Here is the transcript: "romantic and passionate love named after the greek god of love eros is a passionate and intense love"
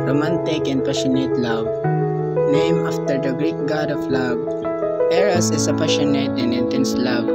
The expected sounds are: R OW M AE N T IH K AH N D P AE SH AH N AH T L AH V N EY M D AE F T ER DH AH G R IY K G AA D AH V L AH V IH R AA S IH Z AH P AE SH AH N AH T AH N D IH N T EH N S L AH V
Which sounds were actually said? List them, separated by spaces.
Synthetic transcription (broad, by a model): R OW M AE N T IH K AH N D P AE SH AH N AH T L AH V N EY M AA F T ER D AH G R IY K G AA D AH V L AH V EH R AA S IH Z AH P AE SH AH N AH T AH N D IH N T EH N S L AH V